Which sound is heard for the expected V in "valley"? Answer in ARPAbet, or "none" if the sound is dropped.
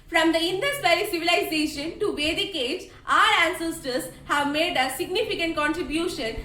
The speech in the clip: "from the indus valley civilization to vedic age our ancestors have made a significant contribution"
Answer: P